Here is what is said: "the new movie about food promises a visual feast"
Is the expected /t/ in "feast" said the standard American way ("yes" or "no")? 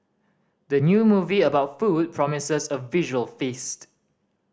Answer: yes